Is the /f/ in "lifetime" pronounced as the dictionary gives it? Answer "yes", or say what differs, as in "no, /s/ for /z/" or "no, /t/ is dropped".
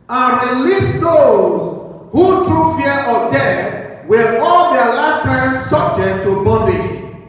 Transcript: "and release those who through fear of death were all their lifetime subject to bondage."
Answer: no, /f/ is dropped